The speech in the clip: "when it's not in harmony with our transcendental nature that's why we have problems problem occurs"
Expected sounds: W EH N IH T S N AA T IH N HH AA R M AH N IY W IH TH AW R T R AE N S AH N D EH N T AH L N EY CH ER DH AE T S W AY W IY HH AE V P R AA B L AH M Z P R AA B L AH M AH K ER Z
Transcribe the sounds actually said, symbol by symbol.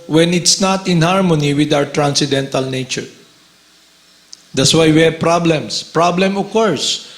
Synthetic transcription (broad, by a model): W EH N IH T S N AA T IH N HH AA R M AH N IY W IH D AW R T R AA N S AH D EH N T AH L N EY CH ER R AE T S W AY W IY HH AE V P R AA B L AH M S P R AA B L AH M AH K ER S